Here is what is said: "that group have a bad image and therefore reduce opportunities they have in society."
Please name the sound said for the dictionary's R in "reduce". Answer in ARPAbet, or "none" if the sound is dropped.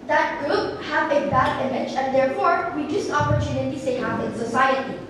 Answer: W